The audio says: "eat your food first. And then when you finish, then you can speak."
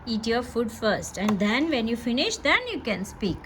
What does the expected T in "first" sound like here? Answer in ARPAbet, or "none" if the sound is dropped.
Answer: T